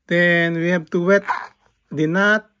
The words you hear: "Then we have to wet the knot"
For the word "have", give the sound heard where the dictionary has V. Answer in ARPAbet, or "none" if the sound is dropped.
P